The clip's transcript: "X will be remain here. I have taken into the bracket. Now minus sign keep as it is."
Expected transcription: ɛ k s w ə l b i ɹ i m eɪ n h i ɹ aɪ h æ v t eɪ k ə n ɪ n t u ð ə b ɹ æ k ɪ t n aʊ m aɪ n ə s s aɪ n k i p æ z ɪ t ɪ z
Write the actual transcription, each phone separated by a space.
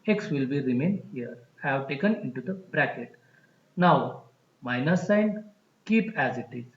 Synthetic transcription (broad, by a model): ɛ k s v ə l b i ɹ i m eɪ n h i ɹ h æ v t eɪ k ə n ɪ n t u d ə b ɹ æ k ɪ t n aʊ m aɪ n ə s s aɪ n k i p æ z ɪ t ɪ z